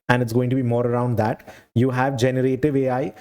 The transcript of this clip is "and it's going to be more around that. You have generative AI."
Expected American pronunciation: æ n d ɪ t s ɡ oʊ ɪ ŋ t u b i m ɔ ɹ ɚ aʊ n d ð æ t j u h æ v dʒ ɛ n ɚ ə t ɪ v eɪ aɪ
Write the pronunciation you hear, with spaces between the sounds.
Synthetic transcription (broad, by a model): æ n d ɪ t s ɡ oʊ ɪ ŋ t u b i m ɔ ɹ ɚ aʊ n d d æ t j u h æ v dʒ ɛ n ɚ ə t ɪ v eɪ aɪ